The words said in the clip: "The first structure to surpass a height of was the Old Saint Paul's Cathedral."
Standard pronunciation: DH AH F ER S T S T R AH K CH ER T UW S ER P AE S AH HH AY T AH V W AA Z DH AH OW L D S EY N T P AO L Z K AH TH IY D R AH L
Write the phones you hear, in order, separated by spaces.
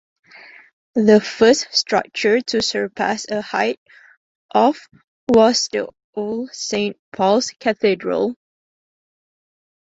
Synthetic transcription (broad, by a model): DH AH F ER S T S T R AH K CH ER T UW S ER P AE S AH HH AY T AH F W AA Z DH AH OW L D S EY N T P AO L S K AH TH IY D R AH L